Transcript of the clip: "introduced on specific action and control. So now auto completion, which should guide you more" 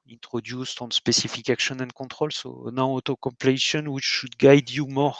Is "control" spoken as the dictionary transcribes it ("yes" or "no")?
no